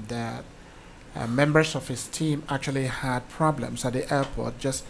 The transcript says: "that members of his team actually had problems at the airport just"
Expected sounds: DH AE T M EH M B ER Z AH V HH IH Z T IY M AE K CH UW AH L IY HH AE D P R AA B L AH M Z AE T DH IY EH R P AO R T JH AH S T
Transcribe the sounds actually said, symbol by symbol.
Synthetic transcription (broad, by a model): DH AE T M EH M B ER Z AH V HH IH S T IY M AE K CH UW AH L IY HH AE D P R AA B L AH M S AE T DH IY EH P AO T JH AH S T